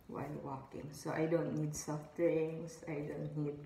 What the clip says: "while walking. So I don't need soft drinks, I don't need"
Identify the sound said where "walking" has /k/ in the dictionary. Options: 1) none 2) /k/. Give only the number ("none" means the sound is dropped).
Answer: 2